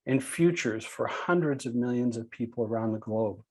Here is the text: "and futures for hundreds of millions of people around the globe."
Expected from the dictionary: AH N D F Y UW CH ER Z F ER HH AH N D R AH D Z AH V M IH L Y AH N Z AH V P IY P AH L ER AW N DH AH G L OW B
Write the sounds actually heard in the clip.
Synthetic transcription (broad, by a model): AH N F Y UW CH ER Z F ER HH AH N D R AH D Z AH V M IH L Y AH N Z AH V P IY P L ER AW N DH AH G L OW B